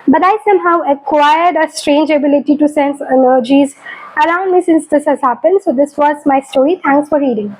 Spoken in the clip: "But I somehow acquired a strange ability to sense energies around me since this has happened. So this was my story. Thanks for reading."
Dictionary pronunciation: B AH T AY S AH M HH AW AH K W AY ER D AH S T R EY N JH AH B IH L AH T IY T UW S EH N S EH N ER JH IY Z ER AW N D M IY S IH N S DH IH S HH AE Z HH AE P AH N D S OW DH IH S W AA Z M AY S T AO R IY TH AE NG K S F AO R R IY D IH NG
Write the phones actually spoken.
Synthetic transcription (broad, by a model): B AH T AY S AH M HH AW AH K W AY ER D AH S T R EY N JH AH B IH L AH T IY T UW S EH N S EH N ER JH IY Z ER AW N D M IY S IH N S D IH S HH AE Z HH AE P AH N D S OW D IH S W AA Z M AY S T AO R IY T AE NG K S F AO R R IY D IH NG